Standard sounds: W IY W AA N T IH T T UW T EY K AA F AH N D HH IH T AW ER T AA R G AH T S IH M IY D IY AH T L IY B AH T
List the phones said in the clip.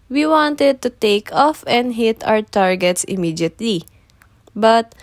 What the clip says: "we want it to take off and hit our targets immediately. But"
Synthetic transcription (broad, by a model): W IY W AA N T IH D T UW T EY K AA F AH N D HH IH T AW ER T AA R G AH T S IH M IY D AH T L IY B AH T